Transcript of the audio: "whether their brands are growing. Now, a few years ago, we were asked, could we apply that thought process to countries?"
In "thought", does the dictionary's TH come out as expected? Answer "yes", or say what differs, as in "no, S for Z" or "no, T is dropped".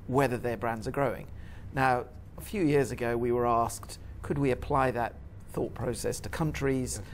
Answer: yes